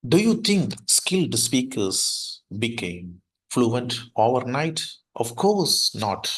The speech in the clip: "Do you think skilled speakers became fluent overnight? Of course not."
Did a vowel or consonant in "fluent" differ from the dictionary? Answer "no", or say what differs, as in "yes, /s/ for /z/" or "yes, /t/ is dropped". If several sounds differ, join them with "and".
no